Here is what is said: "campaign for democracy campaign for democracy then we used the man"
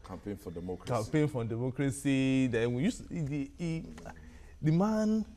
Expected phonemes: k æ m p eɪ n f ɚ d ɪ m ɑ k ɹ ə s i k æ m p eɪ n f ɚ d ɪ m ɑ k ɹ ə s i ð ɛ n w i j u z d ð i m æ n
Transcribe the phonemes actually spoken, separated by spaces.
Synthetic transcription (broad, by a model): k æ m p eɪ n f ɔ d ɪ m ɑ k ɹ k æ m p eɪ n f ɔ d ɪ m ɑ k ɹ ə s i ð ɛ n w i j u s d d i m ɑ n